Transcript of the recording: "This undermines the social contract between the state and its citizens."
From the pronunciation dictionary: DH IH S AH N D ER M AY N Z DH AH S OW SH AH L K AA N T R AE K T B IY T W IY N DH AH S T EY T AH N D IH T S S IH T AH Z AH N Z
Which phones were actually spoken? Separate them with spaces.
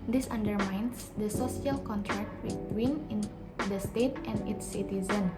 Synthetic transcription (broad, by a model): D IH S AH N D ER M AY N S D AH S OW S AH L K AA N T R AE K T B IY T W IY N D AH S T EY T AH N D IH T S S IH T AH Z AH N